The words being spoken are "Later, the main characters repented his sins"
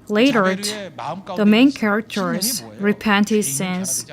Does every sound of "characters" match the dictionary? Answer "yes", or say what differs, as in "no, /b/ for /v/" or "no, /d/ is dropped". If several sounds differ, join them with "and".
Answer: yes